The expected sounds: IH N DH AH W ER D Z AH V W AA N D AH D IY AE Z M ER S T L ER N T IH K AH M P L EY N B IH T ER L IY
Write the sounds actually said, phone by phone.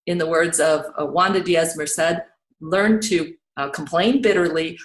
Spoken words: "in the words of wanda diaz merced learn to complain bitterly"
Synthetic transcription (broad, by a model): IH N DH AH W ER D Z AH V W AA N D AH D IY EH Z M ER S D L ER N T IH K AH M P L EY N B IH T ER L IY